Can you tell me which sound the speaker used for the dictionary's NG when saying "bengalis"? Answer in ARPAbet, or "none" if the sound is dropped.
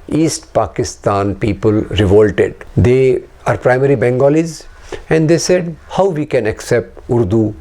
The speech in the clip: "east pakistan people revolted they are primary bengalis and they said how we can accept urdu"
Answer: NG